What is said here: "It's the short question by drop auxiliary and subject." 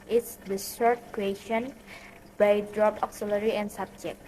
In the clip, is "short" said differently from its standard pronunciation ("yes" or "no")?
yes